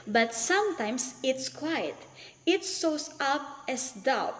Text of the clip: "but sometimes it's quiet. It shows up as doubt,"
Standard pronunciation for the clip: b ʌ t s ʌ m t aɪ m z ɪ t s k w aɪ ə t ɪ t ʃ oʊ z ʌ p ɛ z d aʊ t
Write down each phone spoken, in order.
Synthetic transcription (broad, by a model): b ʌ t s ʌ m t aɪ m s ɪ t s k w aɪ ə t ɪ t s oʊ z ʌ p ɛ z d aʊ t